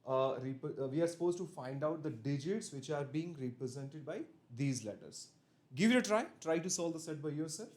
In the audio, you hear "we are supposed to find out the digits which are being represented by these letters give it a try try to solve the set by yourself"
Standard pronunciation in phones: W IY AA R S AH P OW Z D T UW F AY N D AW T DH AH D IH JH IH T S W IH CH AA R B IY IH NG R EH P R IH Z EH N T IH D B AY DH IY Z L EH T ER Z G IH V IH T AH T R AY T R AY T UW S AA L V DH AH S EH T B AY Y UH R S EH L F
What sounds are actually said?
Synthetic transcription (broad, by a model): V IY AA R S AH P OW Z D T UW F AY N D AW T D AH D IH JH IH T S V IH CH AA R B IY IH NG R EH P R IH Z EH N T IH D B AY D IY Z L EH T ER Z G IH V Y AH T R AY T R AY T UW S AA L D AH S EH T B AY Y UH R S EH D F